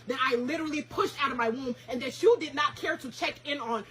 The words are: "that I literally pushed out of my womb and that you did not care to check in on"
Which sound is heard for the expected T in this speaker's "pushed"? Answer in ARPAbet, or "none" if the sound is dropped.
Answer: T